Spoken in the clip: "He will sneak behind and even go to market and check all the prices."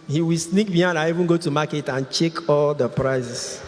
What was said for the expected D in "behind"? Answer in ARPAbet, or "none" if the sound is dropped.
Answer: none